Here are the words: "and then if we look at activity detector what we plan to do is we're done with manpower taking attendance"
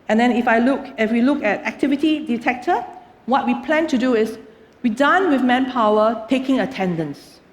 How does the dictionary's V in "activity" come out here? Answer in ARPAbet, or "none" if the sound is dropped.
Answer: V